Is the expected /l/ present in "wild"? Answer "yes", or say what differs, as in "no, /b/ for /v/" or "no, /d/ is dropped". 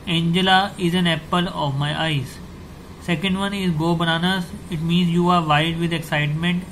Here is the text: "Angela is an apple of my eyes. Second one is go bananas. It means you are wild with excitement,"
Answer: no, /l/ is dropped